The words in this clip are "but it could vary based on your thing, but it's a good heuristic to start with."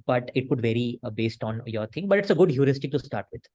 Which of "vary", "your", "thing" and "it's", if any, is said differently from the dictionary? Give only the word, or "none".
thing